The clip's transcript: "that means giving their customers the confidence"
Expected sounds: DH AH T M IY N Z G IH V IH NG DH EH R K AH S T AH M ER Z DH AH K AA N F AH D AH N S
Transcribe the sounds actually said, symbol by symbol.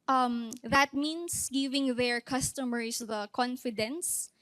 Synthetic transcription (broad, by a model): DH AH T M IY N S G IH V IH NG DH EH R K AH S T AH M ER S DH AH K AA N F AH D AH N S